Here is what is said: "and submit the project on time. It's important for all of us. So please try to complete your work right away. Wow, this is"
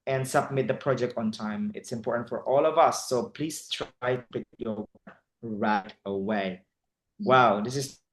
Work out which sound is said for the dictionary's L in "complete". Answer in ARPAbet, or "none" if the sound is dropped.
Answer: none